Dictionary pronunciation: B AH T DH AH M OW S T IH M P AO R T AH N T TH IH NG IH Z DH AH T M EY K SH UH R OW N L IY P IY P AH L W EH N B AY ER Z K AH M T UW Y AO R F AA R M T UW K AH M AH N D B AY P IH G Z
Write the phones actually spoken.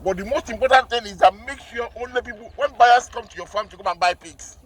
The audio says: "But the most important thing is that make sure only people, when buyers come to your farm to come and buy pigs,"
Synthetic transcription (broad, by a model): B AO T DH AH M OW S T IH M P AO T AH N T TH IH NG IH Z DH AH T M EY K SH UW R OW N L IY P IY P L W EH N B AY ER S K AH M T UW Y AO F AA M T UW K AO M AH N B AY P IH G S